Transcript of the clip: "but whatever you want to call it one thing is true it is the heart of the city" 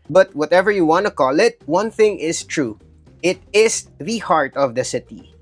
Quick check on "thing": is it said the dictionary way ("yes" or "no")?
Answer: yes